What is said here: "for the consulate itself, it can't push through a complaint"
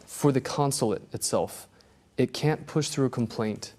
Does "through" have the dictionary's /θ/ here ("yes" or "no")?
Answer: yes